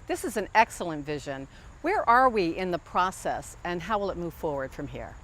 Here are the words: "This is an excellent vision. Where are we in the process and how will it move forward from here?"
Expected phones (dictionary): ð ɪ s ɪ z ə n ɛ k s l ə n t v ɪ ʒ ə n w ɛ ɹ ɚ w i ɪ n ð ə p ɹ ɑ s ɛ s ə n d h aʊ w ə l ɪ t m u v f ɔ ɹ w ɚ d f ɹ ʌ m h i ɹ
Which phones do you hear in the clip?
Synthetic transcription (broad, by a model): ð ɪ s ɪ z ə n ɛ k s l ə n t v ɪ ʒ ə n w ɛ ɹ ɚ w i ɪ n ð ə p ɹ ɑ s ɛ s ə n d h aʊ w ə l ɪ t m u v f ɔ ɹ w ɚ d f ɹ ʌ m h i ɹ